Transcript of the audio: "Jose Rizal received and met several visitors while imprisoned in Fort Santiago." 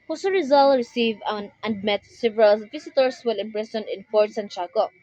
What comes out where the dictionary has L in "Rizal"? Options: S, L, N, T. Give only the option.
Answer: L